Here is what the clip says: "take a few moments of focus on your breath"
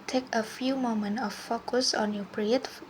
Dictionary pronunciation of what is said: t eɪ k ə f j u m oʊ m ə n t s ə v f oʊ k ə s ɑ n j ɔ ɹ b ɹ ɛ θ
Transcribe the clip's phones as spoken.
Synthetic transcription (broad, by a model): t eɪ k ə f j u m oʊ m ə n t ə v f oʊ k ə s ɑ n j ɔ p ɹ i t